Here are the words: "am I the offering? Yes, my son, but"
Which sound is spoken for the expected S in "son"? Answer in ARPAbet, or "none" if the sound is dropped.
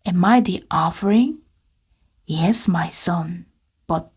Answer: S